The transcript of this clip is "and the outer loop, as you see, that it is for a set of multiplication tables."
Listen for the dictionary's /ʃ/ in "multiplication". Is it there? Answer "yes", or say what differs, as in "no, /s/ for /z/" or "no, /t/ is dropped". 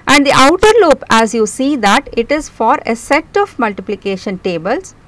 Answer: yes